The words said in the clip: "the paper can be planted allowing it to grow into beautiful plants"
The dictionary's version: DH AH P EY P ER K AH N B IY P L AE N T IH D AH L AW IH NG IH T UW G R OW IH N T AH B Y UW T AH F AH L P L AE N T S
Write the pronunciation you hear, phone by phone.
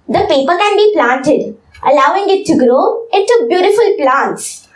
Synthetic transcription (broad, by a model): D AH P EY P ER K AH N B IY P L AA N T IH D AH L AW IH NG IH T UW G R OW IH T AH B Y UW T AH F AH L P L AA N T S